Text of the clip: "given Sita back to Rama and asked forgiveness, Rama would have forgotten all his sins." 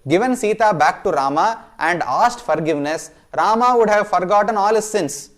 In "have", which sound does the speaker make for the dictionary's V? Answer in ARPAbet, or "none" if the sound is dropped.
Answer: V